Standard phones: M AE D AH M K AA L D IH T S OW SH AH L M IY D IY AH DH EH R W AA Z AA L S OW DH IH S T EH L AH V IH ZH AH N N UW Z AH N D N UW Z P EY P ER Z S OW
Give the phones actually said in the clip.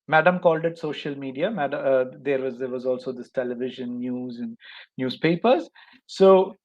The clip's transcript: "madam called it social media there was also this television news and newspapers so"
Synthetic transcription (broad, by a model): M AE D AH M K AA L D IH T S OW SH AH L M IY D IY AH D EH R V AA Z AA L S OW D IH S T EH L AH V IH ZH AH N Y UW Z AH N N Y UW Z P EY P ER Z S OW